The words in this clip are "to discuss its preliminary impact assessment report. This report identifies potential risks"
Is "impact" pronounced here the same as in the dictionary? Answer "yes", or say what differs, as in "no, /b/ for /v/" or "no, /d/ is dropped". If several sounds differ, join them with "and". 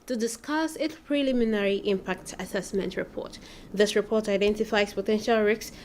yes